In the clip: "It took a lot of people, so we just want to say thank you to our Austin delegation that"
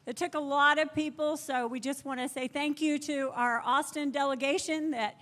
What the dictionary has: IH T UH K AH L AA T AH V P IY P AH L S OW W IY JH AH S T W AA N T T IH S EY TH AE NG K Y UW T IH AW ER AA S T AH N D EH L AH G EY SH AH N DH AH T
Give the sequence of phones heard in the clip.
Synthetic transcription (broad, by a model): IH T UH K AH L AA T AH V P IY P L S OW W IY JH AH S T W AA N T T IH S EY TH AE NG K Y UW T IH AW ER AA S T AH N D EH L AH G EY SH AH N DH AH T